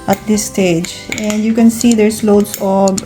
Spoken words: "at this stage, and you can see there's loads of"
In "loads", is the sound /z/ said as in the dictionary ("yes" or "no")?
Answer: no